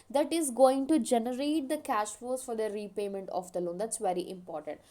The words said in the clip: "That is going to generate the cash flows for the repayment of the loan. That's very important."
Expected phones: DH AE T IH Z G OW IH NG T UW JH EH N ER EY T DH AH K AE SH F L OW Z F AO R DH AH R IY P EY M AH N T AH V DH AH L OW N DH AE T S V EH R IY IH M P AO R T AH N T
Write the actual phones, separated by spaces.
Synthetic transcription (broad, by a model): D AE T IH Z G OW IH NG T UW JH EH N ER EY T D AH K AE SH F OW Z F AO R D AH R IY P EY M AH N T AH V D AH L OW N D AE T S V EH R IY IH M P AO R T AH N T